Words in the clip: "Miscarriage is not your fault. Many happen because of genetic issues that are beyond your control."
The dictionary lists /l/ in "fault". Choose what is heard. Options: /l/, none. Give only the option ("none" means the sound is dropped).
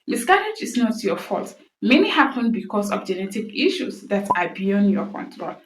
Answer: /l/